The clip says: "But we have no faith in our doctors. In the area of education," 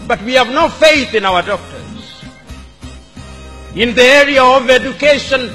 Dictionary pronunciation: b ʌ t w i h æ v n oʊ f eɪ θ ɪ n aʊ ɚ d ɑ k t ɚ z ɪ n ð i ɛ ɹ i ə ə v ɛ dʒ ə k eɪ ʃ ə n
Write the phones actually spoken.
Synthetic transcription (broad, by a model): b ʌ t w i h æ v n oʊ f eɪ θ ɪ n aʊ ɚ d ɑ k t ɚ z ɪ n ð i ɛ ɹ i ə ə v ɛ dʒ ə k eɪ ʃ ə n